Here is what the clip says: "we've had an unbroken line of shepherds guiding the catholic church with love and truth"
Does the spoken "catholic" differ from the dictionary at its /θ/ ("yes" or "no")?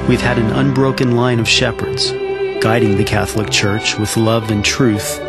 no